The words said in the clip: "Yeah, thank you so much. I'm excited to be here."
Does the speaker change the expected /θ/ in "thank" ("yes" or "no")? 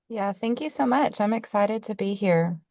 no